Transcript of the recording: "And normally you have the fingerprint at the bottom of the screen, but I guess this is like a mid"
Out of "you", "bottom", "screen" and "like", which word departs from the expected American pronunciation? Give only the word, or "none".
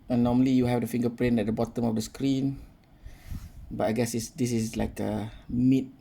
none